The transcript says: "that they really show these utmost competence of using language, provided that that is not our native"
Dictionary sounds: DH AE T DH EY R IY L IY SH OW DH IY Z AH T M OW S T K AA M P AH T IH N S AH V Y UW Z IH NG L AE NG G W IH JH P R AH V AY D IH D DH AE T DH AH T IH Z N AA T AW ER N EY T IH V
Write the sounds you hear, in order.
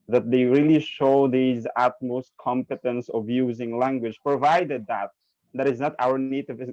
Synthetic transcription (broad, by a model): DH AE T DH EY R IY L IY SH OW DH IY Z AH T M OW S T K AA M P AH T IH N S AH V Y UW Z IH NG L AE NG G W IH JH P R AH V AY D IH D DH AE T DH AH T IH Z N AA T AW ER N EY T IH V